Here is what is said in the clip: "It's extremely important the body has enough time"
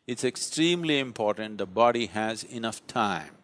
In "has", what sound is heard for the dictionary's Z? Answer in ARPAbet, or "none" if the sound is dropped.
Z